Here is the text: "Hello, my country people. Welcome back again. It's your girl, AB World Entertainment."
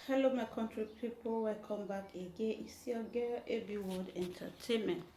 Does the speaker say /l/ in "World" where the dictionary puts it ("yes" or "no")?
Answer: no